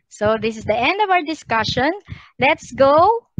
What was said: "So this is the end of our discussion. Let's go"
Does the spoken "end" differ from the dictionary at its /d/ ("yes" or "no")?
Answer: no